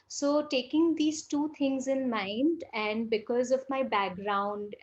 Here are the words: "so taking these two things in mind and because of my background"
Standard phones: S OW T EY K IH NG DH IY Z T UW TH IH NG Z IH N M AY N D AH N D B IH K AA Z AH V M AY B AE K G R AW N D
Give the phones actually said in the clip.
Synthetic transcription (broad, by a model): S OW T EY K IH NG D IY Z T UW T IH NG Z IH N M AY N D AH N D B IH K AA Z AH V M AY B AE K G R AW N D